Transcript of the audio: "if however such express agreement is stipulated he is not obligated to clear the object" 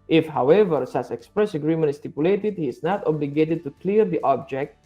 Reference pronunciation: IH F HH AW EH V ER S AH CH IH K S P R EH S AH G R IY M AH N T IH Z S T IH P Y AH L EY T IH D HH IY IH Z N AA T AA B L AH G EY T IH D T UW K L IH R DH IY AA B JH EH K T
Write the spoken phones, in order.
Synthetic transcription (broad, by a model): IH F HH AW EH V ER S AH S IH K S P R EH S AH G R IY M AH N T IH S T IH P Y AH L EY T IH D HH IY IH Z N AA T AA B L AH G EY T IH D T UW K L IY R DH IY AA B JH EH K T